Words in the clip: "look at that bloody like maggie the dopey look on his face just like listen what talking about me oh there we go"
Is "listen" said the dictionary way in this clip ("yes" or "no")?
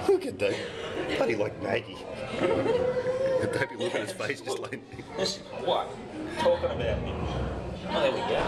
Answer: no